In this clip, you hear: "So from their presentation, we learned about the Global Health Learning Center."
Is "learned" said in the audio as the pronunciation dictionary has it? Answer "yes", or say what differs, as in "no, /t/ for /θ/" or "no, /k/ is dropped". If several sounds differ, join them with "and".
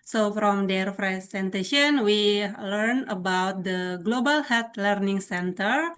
no, /d/ is dropped